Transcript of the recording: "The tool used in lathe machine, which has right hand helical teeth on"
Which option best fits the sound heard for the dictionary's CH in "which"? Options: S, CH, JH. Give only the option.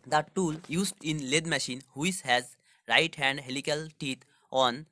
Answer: S